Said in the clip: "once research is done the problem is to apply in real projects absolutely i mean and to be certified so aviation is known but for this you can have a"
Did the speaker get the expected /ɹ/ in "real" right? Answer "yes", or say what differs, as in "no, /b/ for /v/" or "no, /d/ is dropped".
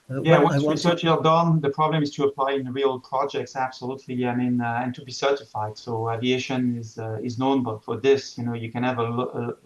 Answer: yes